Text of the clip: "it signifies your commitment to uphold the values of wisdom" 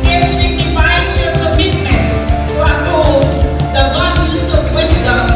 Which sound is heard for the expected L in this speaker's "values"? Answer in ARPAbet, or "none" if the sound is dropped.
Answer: N